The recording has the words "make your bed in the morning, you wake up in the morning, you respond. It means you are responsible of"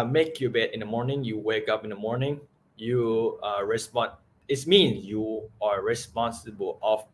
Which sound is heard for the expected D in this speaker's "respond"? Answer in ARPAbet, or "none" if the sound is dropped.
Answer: none